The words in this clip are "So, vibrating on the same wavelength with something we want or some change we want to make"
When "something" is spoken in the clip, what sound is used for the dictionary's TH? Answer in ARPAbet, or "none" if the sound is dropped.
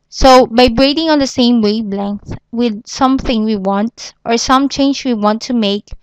TH